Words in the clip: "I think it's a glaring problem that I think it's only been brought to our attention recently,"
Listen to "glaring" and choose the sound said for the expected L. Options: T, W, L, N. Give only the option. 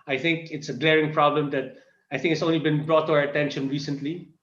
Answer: L